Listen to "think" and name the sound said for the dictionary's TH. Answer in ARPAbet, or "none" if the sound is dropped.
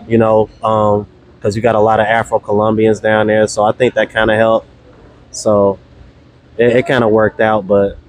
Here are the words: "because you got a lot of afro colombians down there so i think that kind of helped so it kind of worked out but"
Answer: TH